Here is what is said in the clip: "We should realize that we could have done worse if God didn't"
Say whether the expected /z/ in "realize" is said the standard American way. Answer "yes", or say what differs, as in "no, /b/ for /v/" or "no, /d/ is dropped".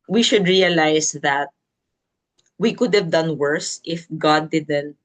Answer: no, /s/ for /z/